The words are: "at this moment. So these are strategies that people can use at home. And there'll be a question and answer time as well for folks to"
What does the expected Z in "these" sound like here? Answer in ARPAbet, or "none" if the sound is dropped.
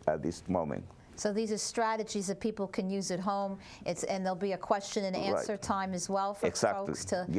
Z